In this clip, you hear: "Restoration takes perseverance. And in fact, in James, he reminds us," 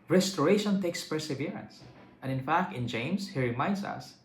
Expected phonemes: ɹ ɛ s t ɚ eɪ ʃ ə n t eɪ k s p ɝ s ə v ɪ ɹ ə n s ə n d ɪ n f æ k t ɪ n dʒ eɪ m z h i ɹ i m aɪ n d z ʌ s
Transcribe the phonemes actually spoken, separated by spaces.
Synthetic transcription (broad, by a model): ɹ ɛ s t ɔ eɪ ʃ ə n t eɪ k s p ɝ s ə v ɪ ɹ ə n s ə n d ɪ n f æ k t ɪ n dʒ eɪ m s h i ɹ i m aɪ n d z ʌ s